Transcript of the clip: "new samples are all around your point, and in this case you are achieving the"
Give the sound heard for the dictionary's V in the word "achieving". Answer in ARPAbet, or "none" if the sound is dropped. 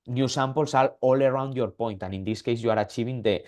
B